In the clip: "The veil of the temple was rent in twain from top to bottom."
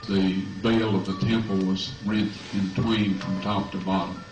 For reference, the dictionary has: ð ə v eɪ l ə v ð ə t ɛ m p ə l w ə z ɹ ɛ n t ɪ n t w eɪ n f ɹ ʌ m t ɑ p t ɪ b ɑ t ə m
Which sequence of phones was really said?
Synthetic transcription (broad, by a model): ð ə v eɪ l ə v ð ə t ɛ m p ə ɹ w ə z ɹ ɛ n t ɪ n t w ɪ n f ɹ ʌ m t ɑ p t ɪ b ɑ t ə m